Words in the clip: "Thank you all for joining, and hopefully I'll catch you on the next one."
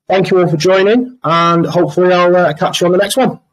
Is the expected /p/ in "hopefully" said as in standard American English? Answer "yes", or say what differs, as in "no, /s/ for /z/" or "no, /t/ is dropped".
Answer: yes